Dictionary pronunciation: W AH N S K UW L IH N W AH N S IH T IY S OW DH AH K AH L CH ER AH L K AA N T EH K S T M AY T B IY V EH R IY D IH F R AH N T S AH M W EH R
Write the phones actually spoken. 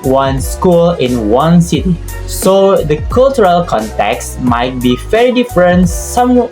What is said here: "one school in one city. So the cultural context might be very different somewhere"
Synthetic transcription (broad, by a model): W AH N S K UW L IH N W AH N S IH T IY S OW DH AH K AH L CH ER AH L K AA N T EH K S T M AY T B IY F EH R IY D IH F R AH N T S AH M